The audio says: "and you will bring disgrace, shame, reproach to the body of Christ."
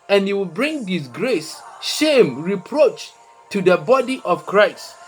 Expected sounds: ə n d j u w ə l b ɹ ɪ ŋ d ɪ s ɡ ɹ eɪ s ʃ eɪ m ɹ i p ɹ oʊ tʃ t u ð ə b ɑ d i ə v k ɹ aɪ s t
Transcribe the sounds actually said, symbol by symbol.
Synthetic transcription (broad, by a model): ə n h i w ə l b ɹ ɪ ŋ d ɪ s ɡ ɹ eɪ s ʃ eɪ m ɹ i p ɹ oʊ tʃ t u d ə b ɑ d i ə f k ɹ aɪ s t